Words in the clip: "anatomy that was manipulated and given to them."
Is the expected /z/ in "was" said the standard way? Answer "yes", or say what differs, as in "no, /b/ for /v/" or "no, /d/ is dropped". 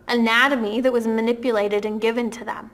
yes